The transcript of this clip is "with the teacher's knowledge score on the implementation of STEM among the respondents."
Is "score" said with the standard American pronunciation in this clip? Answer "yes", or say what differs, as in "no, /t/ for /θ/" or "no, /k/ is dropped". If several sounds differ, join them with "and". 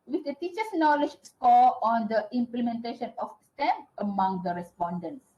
no, /l/ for /ɹ/